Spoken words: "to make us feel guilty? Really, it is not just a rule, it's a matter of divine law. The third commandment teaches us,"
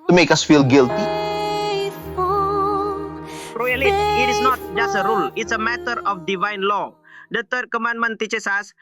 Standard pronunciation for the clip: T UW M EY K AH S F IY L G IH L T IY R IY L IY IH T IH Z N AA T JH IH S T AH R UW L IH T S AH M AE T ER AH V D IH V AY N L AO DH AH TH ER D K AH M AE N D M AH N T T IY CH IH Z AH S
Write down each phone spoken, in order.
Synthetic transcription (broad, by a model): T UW M EY K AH S F IY L G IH L T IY R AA L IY IH T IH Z N AA T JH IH S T AH R UW L IH T S AH M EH T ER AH F D IH V AY N L AO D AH T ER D K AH M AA N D M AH N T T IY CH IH S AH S